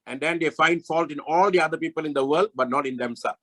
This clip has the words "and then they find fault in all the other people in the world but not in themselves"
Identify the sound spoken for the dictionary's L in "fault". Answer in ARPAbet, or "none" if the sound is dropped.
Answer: L